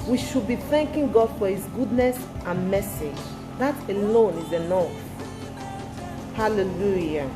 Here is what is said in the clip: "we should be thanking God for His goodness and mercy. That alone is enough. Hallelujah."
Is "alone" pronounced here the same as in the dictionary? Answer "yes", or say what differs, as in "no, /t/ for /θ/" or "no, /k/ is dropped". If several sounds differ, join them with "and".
yes